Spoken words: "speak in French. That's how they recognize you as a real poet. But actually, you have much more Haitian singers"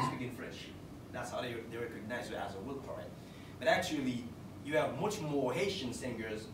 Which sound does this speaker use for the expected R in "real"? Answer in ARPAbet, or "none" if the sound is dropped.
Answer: W